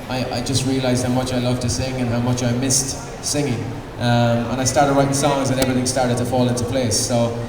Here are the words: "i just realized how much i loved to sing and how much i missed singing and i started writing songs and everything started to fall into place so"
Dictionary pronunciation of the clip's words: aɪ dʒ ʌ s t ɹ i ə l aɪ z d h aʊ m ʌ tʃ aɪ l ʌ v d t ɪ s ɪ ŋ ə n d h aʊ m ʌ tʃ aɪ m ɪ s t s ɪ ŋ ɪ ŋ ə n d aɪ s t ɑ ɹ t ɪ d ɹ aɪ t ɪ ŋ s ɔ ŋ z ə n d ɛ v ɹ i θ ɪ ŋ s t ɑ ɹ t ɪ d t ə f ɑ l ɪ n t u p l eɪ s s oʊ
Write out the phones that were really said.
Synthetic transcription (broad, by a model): aɪ dʒ ʌ s t ɹ i ə l aɪ z d h aʊ m ʌ tʃ aɪ l ʌ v t ɪ s ɪ ŋ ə n h aʊ m ʌ tʃ aɪ m ɪ s t s ɪ ŋ ɪ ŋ ə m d aɪ s t ɑ ɹ t ɪ d ɹ aɪ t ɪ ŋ s ɔ ŋ z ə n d ɛ v ɹ i θ ɪ ŋ s t ɑ ɹ t ɪ d t ə f ɑ l ɪ n t u p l eɪ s s oʊ